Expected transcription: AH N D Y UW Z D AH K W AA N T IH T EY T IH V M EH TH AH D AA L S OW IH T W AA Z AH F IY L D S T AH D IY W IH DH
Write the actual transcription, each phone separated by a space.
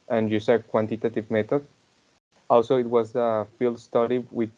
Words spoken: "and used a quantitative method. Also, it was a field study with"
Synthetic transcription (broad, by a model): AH N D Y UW S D K W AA N T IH T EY T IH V M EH T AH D AA L S OW IH T W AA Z AH F IY L D S T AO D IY W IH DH